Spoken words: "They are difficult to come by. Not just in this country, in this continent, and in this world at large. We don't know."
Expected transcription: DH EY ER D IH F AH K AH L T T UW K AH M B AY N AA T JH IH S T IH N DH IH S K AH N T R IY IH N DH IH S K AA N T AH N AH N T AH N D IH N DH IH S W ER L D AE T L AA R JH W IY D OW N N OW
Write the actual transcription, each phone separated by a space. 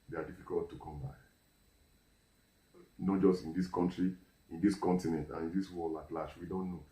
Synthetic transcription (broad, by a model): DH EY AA D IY F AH K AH L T T UW K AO M B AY N AA T JH IH S T IH N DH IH S K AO N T R IY IH N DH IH S K AA N T AH N AH N T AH N IH N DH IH S W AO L AA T L AA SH W IY D OW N N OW